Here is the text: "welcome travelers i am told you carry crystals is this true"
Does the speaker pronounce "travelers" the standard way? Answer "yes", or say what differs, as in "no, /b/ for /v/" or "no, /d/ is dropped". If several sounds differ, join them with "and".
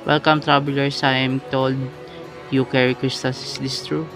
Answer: no, /b/ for /v/ and /s/ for /z/